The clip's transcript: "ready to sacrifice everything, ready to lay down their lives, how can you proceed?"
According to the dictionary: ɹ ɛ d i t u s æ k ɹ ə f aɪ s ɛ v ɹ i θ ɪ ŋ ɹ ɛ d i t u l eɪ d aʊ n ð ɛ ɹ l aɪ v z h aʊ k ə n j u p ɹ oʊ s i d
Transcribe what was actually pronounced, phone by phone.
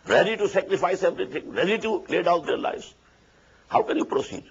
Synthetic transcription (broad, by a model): ɹ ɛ d i t u s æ k ɹ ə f aɪ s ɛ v ɹ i t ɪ ŋ ɹ ɛ d i t u l eɪ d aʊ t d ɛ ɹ l aɪ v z h aʊ k ə n j u p ɹ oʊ s i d